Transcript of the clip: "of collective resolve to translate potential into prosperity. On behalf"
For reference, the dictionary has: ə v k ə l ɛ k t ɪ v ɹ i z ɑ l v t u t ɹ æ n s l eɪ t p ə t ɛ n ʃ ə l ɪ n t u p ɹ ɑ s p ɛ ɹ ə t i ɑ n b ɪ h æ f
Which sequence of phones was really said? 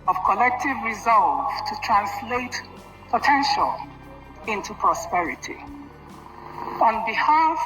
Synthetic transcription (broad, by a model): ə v k ə l ɛ k t ɪ v ɹ i z ɑ l v t u t ɹ æ n s l eɪ t p ə t ɛ n ʃ ə l ɪ n t u p ɹ ɑ s p ɛ ɹ ə t i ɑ n b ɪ h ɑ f